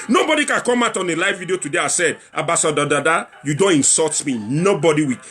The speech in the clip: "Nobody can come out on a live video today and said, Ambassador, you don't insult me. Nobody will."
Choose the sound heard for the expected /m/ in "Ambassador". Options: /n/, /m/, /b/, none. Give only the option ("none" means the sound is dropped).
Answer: none